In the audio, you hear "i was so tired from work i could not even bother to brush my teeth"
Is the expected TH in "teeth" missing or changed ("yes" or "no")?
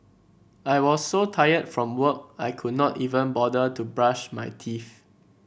yes